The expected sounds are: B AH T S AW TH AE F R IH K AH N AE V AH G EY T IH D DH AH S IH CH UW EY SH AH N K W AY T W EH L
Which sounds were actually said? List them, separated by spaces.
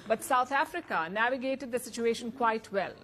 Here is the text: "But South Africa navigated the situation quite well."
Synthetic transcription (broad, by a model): B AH T S AW T AE F R IH K AH N AE V AH G EY T IH D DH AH S IH CH UW EY SH AH N K W AY T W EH L